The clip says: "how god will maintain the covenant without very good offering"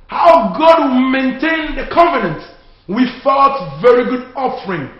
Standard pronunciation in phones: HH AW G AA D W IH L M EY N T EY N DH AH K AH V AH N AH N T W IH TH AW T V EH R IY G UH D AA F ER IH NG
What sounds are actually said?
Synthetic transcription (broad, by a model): HH AW G AA D W IH L M EY N T EY N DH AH K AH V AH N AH N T W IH F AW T V EH R IY G UH D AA F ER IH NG